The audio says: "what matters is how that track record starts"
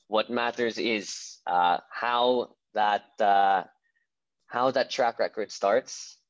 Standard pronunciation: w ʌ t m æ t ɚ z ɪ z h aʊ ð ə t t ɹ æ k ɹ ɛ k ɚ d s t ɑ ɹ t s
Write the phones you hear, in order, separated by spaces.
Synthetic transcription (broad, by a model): w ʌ t m æ t ɚ z ɪ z h aʊ ð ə t t ɹ æ k ɹ ɛ k ɚ d s t ɑ ɹ t s